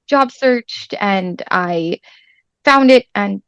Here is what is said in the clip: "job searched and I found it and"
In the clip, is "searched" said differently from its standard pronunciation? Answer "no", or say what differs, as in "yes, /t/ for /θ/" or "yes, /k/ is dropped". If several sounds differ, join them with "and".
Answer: no